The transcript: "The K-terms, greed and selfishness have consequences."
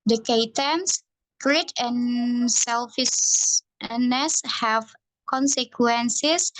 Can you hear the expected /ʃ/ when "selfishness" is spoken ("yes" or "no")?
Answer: no